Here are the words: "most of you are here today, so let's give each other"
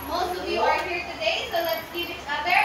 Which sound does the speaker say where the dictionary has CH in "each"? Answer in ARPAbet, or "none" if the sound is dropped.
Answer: S